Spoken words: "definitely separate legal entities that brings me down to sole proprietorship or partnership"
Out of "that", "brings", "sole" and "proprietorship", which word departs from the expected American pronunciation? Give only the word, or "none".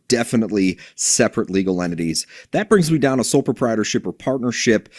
none